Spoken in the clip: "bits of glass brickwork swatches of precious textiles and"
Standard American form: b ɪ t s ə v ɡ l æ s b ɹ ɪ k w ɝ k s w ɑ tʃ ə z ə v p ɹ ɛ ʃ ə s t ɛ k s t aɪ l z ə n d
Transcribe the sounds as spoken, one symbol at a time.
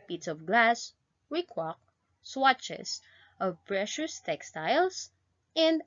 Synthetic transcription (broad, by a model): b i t s ə v ɡ l æ s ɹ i k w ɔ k s w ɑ tʃ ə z ə v p ɹ ɛ ʃ ə s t ɛ k s t aɪ l s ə n d